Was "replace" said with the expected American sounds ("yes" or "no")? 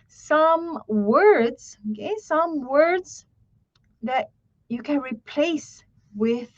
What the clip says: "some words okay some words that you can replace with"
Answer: yes